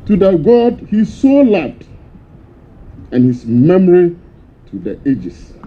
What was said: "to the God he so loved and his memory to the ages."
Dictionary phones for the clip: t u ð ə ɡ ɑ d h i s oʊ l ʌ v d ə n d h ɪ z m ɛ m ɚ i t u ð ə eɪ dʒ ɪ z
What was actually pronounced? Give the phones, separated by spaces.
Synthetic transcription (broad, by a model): t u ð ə ɡ ɑ d h i s oʊ l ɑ d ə n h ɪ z m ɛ m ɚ i t u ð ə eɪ dʒ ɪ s